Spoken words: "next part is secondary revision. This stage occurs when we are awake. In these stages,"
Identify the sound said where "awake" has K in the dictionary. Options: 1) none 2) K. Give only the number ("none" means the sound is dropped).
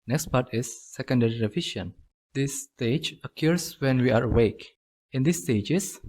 2